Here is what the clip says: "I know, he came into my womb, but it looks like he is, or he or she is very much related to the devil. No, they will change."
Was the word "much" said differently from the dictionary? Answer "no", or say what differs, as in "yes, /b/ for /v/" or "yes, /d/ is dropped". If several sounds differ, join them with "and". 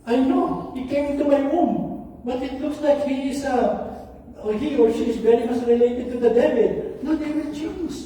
yes, /s/ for /tʃ/